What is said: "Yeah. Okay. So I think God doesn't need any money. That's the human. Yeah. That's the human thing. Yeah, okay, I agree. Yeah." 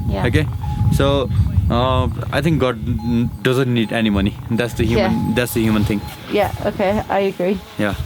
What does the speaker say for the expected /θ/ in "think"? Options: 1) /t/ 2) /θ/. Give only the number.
1